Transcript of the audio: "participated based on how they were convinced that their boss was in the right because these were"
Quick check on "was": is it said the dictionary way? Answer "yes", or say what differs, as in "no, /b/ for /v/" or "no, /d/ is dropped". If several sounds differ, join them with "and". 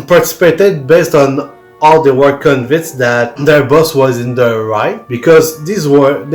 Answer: yes